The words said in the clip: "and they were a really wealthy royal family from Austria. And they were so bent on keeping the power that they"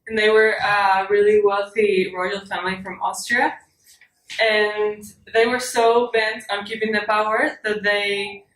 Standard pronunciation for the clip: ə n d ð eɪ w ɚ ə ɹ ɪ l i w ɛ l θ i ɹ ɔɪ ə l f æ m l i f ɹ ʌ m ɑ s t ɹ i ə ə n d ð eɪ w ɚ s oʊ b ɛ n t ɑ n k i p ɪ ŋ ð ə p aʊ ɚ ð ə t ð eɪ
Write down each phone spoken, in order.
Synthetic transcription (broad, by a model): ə n ð eɪ w ɚ ə ɹ ɪ l i w ɛ l θ i ɹ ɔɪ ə l f æ m l i f ɹ ʌ m ɑ s t ɹ i ə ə n ð eɪ w ɚ s oʊ b ɛ n t n k i p ɪ ŋ ð ə p aʊ ɚ ð ə t ð eɪ